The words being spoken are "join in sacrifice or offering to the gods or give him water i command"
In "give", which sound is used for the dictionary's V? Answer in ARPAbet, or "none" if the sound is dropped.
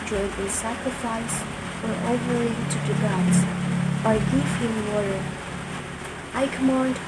F